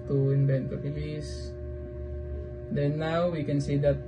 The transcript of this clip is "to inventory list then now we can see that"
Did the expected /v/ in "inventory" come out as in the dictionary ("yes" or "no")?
no